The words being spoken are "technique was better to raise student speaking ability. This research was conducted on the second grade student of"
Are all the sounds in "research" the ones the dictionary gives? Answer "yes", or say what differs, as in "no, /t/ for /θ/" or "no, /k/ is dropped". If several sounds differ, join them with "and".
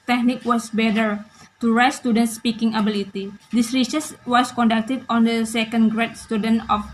no, /s/ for /tʃ/